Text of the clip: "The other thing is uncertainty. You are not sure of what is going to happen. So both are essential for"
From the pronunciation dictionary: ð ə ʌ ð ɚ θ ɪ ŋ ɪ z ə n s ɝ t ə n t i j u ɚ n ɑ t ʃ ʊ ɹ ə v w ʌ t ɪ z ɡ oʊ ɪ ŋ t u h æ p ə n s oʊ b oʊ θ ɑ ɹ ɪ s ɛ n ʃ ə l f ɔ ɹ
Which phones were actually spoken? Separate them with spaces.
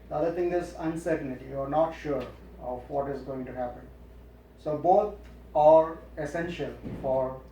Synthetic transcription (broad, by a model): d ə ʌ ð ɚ t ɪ ŋ ɪ z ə n s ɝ t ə n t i j u ɚ n ɑ t ʃ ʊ ɹ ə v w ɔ t ɪ z ɡ oʊ ɪ ŋ t u h æ p ə n s oʊ b oʊ t ɑ ɹ ɪ s ɛ n ʃ ə l f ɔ ɹ